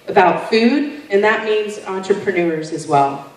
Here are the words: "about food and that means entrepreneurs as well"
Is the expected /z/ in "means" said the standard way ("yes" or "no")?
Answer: yes